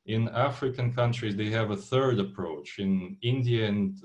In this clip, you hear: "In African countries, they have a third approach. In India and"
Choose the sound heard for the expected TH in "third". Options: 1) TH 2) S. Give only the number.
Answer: 1